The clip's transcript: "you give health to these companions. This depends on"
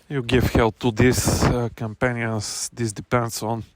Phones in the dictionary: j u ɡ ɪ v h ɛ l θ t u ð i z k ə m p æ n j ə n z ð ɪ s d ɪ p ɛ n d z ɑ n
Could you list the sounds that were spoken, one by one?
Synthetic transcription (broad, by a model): j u ɡ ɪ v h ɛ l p t u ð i s k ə m p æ n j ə n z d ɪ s d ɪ p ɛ n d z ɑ n